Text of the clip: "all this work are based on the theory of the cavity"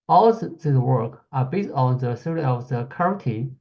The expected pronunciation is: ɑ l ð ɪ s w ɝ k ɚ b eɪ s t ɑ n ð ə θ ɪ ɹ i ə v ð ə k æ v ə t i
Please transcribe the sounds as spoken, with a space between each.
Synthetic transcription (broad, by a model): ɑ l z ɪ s w ɝ k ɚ b eɪ s t ɑ n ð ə s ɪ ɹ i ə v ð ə k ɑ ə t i